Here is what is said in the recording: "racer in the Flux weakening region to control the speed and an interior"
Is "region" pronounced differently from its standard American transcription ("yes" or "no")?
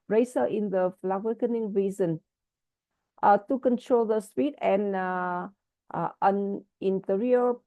yes